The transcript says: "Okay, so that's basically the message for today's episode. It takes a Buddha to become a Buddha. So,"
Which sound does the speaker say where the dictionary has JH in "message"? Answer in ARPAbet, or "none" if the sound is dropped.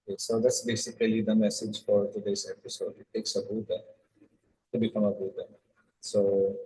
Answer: JH